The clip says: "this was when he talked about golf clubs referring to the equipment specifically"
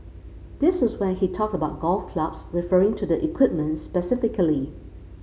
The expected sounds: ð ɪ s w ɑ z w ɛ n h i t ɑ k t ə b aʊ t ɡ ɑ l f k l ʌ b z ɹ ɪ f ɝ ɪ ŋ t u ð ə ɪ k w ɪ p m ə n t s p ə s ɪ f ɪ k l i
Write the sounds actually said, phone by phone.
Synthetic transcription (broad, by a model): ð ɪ s w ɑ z w ɛ n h i t ɑ k t ə b aʊ t ɡ ɑ l f k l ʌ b s ɹ ɪ f ɝ ɪ ŋ t u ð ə ɪ k w ɪ p m ə n t s p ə s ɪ f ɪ k l i